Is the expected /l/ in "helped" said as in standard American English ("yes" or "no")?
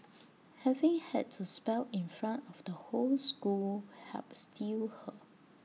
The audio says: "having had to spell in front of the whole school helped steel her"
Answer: no